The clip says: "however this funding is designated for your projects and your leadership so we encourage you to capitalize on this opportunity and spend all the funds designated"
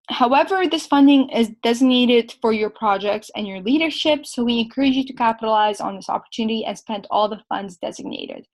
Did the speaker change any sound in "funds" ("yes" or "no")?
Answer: no